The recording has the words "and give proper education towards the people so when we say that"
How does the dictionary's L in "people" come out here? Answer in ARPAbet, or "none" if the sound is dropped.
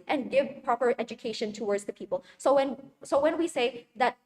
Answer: N